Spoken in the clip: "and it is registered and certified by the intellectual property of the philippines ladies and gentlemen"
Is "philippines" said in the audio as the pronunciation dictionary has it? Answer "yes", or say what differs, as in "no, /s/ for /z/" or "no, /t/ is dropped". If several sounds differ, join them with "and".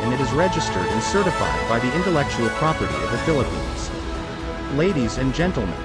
yes